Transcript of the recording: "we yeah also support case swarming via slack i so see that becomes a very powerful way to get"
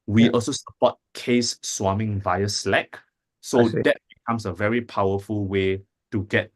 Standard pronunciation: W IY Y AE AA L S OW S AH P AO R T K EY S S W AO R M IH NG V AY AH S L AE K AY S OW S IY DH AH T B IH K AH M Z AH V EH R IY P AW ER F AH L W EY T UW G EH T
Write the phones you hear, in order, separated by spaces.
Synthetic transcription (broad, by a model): W IY AA L S OW S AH P AO T K EY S S W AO M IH NG V AY AH S L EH K S OW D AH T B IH K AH M S AH V EH R IY P AW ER F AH L W EY T UW G EH T